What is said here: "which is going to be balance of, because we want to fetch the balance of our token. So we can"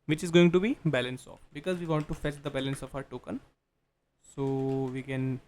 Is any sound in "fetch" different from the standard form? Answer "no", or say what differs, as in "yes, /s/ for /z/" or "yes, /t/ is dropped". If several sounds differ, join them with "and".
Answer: no